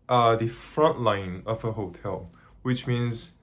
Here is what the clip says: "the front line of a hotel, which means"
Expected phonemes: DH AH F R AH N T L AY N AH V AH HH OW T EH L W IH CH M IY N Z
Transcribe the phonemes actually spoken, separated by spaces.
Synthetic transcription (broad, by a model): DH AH F R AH N T L AY N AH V AH HH OW T EH L W IH CH M IY N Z